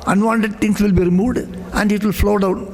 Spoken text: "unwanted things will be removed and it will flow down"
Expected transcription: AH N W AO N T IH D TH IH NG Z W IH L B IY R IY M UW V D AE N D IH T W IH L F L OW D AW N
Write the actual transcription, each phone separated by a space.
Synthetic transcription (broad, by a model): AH N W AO N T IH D T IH NG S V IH L B IY R IY M UW V D AE N D IH T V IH L F L OW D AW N